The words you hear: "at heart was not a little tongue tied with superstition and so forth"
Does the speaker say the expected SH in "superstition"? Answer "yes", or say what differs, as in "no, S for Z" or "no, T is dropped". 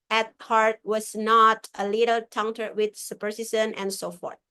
no, S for SH